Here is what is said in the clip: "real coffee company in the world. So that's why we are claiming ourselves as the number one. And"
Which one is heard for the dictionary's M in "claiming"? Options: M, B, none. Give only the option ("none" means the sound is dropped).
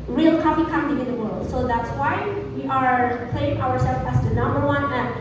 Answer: none